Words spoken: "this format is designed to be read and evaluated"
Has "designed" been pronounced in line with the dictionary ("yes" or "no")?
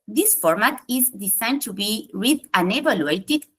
no